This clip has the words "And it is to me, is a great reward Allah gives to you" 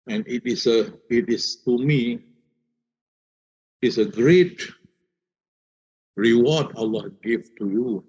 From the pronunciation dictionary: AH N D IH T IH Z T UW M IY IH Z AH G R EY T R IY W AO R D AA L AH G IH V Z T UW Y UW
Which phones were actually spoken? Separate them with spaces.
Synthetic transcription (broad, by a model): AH N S IH T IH S T UW M IY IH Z AH G R EY T R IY W AO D AA L AH G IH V T UW Y UW